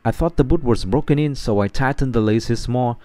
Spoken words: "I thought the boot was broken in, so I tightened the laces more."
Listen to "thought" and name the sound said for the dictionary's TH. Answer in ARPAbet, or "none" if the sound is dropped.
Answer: TH